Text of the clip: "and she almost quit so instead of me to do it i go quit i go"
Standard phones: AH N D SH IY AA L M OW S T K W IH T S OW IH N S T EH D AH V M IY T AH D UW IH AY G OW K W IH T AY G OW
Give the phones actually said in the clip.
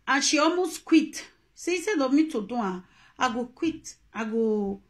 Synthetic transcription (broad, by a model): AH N SH IY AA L M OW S K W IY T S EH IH S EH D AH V M IY T AH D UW IH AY G OW K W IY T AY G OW